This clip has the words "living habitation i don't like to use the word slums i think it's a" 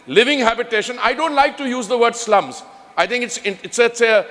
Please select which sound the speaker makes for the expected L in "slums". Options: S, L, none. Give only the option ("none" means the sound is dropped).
L